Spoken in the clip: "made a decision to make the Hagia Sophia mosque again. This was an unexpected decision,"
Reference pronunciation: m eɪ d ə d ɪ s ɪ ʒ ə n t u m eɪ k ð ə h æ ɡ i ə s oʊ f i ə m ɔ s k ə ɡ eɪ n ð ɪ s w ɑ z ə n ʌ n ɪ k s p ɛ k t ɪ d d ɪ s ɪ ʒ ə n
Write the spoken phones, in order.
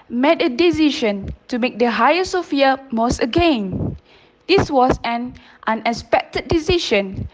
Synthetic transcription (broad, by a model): m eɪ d ə d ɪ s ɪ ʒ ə n t u m eɪ k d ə h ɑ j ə s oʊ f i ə m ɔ s ə ɡ eɪ n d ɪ s w ɑ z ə n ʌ n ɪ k s p ɛ k t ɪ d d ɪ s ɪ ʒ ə n